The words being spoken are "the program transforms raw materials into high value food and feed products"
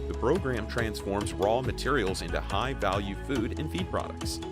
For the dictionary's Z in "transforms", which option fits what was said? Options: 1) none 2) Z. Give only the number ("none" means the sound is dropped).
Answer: 2